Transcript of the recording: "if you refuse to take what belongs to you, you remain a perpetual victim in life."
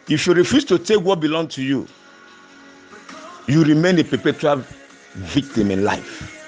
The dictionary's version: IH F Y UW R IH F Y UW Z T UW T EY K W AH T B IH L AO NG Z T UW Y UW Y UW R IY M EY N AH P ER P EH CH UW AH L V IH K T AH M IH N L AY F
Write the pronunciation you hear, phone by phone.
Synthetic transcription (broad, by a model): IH F Y UW R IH F Y UW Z T UW T EY K W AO T B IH L AO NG T UW Y UW Y UW R IY M EY N AH P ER P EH CH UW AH L V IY K T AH M IH N L AY F